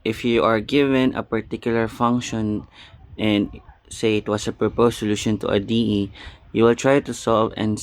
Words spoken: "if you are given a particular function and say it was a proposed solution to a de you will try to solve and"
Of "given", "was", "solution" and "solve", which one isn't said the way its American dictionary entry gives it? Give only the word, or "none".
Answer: was